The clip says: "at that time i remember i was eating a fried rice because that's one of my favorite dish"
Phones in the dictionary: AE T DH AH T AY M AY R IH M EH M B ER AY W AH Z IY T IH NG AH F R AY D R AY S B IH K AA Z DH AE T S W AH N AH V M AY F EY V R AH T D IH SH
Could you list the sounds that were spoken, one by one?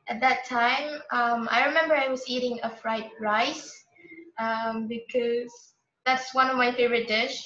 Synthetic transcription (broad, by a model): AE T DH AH T AY M AY R IH M EH M B ER AY W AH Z IY T IH NG AH F R AY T R AY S B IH K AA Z DH AE T S W AH N AH V M AY F EY V R AH T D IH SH